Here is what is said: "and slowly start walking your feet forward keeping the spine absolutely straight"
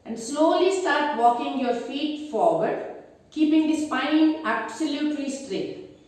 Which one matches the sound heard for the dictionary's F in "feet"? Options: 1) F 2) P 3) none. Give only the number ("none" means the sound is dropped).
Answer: 1